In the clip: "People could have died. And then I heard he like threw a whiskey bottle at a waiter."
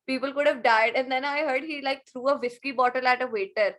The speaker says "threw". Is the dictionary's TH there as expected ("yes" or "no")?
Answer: no